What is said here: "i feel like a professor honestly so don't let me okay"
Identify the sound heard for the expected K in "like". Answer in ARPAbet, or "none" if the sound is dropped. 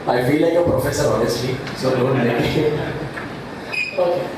none